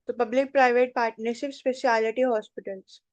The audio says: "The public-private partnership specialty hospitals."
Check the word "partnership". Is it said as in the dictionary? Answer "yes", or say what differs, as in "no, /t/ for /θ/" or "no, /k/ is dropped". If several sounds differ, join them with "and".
no, /s/ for /ʃ/